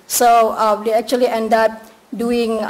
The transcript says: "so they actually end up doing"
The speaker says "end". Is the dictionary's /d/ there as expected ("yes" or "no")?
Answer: yes